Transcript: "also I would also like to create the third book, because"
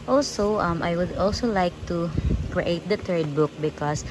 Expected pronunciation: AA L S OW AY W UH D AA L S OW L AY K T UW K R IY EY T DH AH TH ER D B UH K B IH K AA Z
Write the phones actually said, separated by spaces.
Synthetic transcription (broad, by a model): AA L S OW AY W UH D AA L S OW L AY K T UW K R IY EY T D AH T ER D B UH K B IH K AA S